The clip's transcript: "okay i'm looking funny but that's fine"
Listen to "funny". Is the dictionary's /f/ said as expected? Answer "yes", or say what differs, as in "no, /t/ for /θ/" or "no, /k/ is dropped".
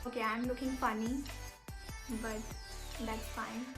yes